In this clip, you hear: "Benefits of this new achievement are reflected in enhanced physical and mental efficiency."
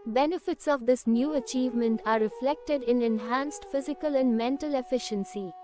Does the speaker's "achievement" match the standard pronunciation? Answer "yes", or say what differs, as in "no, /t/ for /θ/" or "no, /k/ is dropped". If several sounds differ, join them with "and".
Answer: yes